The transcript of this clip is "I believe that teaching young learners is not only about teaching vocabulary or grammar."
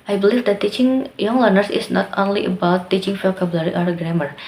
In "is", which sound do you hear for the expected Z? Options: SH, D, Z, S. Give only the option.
S